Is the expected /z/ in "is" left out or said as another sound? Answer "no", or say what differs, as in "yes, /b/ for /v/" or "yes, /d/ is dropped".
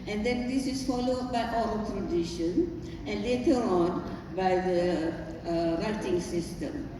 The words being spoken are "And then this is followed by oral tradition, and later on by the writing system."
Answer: yes, /s/ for /z/